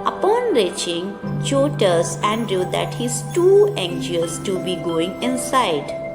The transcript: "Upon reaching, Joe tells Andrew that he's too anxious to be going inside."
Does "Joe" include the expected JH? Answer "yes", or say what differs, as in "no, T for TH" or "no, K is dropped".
no, CH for JH